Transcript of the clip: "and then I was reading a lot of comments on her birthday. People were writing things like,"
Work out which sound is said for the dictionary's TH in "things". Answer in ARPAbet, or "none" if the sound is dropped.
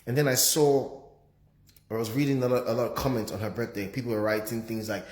TH